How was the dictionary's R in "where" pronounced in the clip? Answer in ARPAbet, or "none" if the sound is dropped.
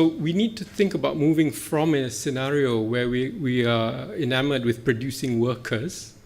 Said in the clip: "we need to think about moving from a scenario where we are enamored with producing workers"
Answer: W